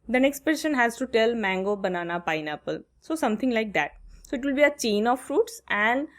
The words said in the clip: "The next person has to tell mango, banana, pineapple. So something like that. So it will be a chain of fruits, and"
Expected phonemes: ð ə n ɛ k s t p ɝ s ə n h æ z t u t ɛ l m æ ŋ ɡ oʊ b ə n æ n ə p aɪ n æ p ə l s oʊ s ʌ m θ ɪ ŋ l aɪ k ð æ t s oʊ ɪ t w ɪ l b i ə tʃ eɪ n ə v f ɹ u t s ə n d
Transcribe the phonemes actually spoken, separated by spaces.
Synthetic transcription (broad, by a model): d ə n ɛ k s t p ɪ ʃ ə n h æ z t u t ɛ l m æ ŋ ɡ oʊ b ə n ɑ n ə p aɪ n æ p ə l s oʊ s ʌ m t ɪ ŋ l aɪ k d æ t s oʊ ɪ t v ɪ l b i ə tʃ eɪ n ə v f ɹ u t s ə n d